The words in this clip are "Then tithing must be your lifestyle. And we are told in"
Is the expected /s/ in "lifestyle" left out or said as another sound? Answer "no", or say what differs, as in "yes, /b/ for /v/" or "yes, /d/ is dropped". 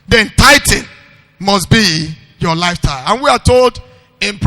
yes, /s/ is dropped